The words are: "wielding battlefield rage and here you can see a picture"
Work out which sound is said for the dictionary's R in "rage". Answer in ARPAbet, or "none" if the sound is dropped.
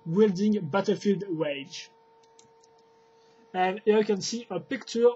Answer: W